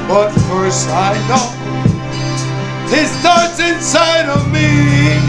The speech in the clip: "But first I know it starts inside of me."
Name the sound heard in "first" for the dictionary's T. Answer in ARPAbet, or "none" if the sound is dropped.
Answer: none